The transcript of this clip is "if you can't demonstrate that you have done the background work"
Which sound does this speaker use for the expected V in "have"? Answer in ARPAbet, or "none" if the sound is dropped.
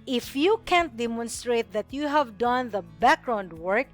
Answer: V